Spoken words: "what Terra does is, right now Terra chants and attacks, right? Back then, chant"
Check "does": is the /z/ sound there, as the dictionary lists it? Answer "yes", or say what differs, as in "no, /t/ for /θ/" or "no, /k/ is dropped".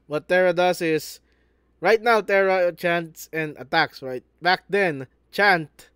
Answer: no, /s/ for /z/